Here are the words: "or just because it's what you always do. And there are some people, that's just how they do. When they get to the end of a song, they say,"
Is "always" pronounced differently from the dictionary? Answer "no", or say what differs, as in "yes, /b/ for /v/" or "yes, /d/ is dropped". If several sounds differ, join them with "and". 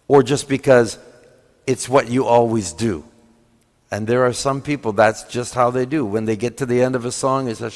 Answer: no